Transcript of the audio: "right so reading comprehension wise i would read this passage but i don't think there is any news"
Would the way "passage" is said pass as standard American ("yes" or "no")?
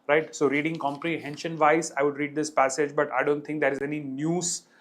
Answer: yes